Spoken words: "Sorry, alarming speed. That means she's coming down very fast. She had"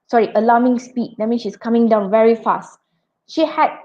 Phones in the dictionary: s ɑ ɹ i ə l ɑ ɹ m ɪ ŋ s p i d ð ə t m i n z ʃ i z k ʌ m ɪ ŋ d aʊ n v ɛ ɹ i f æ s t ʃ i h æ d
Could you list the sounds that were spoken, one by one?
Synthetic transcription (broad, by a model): s ɑ ɹ i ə l ɑ m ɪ ŋ s p i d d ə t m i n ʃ i s k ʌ m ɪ ŋ d aʊ n v ɛ ɹ i f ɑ s t ʃ i h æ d